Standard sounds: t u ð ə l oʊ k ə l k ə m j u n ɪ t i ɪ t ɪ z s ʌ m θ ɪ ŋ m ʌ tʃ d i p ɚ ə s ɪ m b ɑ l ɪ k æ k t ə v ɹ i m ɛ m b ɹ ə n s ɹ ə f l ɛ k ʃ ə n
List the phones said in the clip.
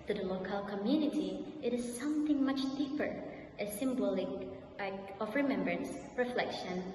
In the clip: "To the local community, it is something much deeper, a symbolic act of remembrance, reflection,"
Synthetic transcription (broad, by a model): t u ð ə l oʊ k ə l k ə m j u n ɪ t i ɪ t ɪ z s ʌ m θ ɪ ŋ m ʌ tʃ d i p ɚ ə s ɪ m b ɑ l ɪ k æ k ə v ɹ i m ɛ m b ɹ ə n s ɹ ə f l ɛ k ʃ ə n